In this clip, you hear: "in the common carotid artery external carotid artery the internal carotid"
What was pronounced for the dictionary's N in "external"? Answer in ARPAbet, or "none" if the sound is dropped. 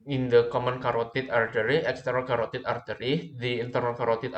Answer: none